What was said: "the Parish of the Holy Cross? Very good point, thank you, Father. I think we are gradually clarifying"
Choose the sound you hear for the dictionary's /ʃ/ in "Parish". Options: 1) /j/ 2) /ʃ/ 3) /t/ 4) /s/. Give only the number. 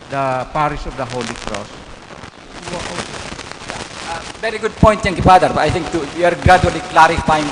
4